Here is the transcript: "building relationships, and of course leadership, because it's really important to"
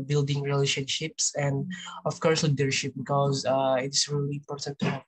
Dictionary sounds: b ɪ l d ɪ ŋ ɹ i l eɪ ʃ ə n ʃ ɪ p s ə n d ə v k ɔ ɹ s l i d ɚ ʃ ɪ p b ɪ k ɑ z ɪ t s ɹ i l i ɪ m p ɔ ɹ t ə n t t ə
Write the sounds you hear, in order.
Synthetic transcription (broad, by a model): b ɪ l d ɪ ŋ ɹ i l eɪ ʃ ə n ʃ ɪ p s ə n d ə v k ɔ ɹ s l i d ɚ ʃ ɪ p b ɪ k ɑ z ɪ t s ɹ i l i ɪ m p ɔ ɹ t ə n t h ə